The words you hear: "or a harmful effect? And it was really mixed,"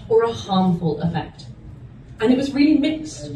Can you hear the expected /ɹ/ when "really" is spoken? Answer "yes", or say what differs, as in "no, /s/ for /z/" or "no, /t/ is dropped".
yes